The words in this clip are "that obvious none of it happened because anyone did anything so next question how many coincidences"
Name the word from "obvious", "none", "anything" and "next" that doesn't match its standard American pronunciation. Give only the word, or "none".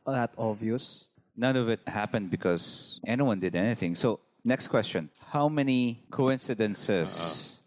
obvious